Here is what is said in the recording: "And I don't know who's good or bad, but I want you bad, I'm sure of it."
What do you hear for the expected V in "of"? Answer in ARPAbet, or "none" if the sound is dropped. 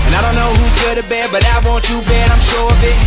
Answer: B